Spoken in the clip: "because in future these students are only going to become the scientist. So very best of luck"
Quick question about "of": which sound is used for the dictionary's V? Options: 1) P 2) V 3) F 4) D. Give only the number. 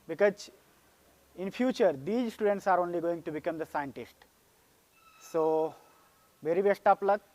1